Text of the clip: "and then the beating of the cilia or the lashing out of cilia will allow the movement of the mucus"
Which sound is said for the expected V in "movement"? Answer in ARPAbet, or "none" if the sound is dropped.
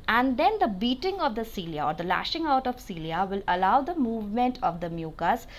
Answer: V